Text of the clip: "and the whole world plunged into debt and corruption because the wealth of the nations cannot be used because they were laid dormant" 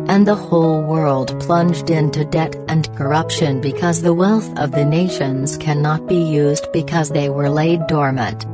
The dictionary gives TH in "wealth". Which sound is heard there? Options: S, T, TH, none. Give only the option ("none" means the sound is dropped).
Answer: TH